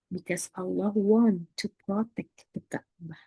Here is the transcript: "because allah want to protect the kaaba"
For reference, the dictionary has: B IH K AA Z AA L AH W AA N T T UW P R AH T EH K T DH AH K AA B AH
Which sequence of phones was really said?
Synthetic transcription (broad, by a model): B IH K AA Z AA L AH W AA N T T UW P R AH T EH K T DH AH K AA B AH